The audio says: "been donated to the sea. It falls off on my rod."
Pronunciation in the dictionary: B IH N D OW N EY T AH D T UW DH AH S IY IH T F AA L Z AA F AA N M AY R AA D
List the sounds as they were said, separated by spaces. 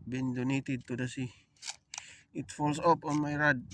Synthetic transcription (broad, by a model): B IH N D OW N EY T AH D T UW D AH S IY IH T F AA L S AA P AA N M AY R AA D